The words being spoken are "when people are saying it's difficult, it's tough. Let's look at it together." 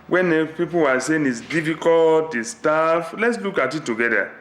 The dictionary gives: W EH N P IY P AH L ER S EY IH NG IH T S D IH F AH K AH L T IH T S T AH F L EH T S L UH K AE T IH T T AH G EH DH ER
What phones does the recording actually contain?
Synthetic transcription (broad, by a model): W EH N P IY P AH W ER S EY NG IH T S D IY F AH K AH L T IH S T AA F L EH T S L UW K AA T IH T T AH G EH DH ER